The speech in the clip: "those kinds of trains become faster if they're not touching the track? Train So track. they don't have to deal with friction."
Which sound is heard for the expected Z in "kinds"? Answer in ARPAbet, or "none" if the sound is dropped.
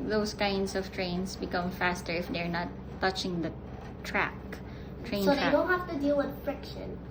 S